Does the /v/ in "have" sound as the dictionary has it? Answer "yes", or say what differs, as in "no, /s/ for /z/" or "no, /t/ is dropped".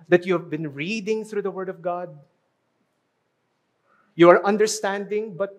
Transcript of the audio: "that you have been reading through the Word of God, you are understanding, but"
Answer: yes